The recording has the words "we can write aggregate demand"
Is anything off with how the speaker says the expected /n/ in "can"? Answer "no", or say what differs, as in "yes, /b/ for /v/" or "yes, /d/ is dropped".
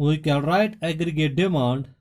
yes, /l/ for /n/